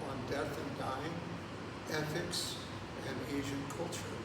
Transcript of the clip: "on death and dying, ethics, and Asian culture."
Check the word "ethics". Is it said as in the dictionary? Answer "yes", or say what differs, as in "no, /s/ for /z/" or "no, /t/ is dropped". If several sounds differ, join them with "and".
yes